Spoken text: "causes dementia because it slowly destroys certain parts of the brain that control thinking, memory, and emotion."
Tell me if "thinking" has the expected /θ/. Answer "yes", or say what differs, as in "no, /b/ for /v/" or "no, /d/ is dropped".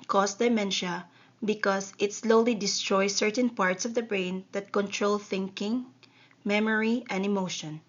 yes